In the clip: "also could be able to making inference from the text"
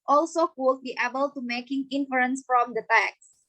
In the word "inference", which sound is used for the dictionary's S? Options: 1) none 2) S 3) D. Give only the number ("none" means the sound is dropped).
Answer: 2